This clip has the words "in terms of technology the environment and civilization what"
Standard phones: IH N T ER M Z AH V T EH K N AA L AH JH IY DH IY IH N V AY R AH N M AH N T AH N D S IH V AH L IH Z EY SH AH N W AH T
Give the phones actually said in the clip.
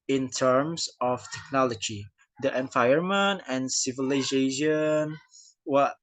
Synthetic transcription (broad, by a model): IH N T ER M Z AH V T EH K N AA L AH JH IY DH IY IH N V AY AH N M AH N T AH N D S IH V AH L IH Z EY SH AH N W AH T